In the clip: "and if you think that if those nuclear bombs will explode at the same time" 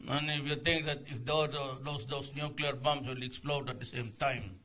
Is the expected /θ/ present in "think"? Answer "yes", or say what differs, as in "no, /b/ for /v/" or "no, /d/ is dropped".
no, /t/ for /θ/